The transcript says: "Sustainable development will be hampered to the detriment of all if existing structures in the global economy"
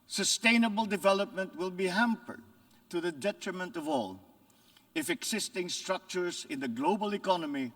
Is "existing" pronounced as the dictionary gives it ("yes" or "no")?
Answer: no